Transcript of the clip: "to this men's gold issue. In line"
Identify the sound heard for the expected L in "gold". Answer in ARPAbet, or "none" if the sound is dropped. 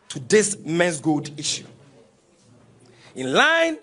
none